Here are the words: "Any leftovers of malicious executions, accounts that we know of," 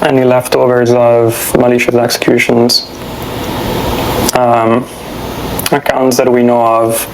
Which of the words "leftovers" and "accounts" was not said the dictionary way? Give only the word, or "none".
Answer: none